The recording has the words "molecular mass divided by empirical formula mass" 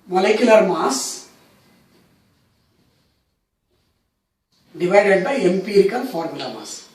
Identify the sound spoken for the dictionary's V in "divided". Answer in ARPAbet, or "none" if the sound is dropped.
V